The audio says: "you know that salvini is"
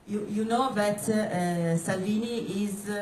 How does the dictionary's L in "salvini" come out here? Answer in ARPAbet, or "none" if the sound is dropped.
L